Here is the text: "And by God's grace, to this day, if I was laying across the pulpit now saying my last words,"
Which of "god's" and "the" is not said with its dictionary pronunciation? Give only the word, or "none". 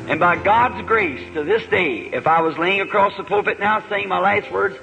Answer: none